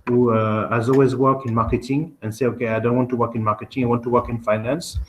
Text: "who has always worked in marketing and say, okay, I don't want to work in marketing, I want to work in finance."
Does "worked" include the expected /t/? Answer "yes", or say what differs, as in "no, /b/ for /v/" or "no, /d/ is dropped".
no, /t/ is dropped